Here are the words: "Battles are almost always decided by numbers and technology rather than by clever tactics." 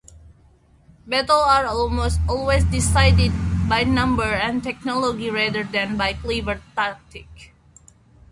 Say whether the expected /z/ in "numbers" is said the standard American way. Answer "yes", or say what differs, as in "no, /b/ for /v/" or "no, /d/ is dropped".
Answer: no, /z/ is dropped